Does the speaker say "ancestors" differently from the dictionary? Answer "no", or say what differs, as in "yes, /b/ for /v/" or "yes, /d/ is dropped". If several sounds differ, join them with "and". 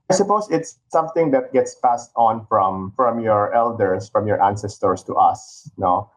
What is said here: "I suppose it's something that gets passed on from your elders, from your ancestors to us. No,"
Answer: yes, /s/ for /z/